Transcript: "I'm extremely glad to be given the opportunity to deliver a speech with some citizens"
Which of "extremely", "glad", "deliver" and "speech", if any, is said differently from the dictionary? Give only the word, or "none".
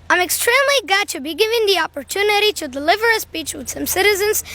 glad